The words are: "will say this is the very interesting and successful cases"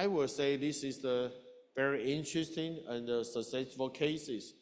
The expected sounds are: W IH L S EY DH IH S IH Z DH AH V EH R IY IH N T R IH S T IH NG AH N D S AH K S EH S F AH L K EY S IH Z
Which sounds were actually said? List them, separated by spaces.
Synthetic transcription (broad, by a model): W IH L S EY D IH S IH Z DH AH V EH R IY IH N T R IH S T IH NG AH N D S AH S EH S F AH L K EY S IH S